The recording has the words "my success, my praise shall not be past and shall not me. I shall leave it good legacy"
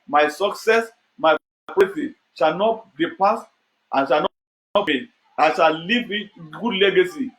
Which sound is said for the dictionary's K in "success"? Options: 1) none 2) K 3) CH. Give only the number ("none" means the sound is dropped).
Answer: 2